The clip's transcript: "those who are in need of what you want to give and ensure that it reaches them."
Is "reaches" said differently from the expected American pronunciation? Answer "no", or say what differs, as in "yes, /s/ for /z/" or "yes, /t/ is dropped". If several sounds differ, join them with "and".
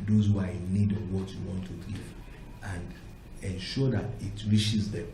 yes, /ʃ/ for /tʃ/